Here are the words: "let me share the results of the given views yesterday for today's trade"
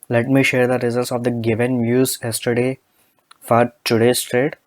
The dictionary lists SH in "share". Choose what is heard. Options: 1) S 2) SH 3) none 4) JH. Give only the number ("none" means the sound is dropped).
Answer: 2